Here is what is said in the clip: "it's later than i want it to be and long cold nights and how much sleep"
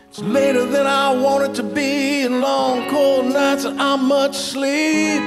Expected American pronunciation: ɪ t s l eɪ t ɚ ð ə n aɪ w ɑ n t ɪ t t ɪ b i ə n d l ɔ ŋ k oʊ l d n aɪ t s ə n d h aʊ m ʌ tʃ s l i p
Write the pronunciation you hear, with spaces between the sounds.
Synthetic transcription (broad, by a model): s l eɪ t ɚ ð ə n aɪ w ɑ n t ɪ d t ɪ b i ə n l ɔ ŋ k oʊ l d n aɪ t s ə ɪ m m ʌ tʃ s l i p